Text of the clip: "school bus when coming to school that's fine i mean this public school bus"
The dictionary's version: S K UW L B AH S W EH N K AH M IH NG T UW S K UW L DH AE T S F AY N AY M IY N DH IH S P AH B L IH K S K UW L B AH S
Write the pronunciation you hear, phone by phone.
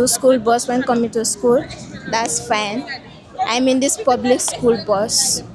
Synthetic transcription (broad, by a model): S K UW L B AH S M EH N K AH M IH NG T UW S K UW L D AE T S F AY N AY M IY N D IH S P AH B L IH K S K UW L B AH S